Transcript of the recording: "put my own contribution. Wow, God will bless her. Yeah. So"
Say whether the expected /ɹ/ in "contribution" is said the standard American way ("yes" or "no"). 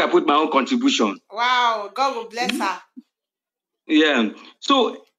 yes